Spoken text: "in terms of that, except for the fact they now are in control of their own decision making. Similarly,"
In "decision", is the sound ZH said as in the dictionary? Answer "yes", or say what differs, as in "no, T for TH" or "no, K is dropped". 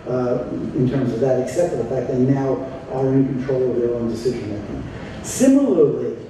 yes